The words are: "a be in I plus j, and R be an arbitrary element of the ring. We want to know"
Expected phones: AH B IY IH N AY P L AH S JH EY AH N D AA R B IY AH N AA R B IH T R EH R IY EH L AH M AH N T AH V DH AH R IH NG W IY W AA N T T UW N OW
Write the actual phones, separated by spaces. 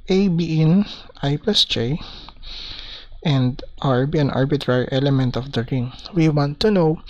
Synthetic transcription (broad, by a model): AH B IY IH N AY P EH S JH EY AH N D AA R B IY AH N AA R B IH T R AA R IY EH L AH M AH N T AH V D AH R IH NG W IY W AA N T T UW N OW